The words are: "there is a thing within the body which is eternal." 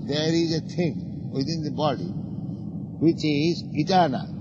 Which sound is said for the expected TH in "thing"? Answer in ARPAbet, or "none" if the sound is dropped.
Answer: T